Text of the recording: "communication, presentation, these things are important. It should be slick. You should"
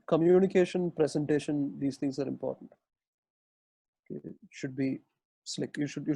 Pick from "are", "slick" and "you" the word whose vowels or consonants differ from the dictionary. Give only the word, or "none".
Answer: none